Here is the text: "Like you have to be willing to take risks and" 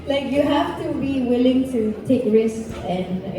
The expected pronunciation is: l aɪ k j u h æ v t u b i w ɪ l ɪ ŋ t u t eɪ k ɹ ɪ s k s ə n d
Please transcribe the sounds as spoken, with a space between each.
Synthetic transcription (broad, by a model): l aɪ k j u h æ f t u b i w ɪ l ɪ ŋ t u t eɪ k ɹ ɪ s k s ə n